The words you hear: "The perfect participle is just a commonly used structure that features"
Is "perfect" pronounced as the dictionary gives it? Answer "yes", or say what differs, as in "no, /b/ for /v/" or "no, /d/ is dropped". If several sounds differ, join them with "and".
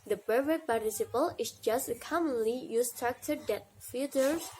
no, /b/ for /p/